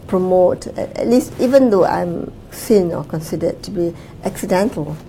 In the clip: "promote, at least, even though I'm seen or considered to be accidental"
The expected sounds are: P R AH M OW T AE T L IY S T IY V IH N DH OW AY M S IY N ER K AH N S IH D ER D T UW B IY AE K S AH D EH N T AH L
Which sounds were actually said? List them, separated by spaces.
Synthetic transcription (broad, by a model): P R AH M OW T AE T L IY S T IY V IH N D OW AY M S IY N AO K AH N S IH D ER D T UW B IY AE K S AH D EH N T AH L